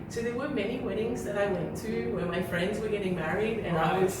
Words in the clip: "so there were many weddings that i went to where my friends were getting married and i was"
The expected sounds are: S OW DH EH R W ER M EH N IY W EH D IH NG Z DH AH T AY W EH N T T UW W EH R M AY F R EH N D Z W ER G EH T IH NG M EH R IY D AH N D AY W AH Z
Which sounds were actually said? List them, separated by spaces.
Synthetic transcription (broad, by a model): S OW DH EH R W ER M EH N IY W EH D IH NG Z DH AH T AY W EH N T T UW W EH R M AY F R EH N D Z W ER G EH T IH NG M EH R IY D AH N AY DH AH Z